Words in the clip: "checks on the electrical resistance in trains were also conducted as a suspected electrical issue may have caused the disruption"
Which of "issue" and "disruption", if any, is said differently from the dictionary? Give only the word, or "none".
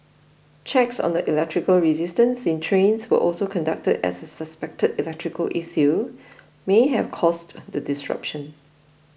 issue